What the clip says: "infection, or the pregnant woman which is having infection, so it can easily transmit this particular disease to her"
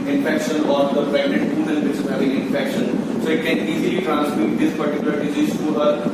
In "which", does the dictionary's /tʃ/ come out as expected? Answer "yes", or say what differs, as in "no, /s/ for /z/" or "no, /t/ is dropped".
no, /s/ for /tʃ/